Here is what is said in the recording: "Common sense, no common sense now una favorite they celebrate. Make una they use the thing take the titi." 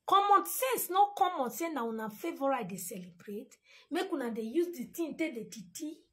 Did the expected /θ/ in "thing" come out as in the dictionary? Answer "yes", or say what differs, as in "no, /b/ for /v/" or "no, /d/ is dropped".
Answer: no, /t/ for /θ/